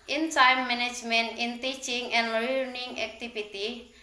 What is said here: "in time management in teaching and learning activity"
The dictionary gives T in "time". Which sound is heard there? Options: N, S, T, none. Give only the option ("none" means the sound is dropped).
S